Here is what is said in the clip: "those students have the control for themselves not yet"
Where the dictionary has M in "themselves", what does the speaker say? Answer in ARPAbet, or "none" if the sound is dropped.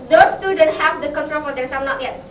none